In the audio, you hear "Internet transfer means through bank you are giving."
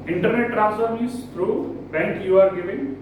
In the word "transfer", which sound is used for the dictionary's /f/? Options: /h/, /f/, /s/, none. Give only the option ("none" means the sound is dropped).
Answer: none